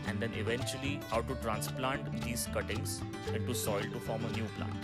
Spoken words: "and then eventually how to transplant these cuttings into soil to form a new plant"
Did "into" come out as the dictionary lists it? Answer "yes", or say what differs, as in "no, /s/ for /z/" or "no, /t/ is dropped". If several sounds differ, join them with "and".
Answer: no, /n/ is dropped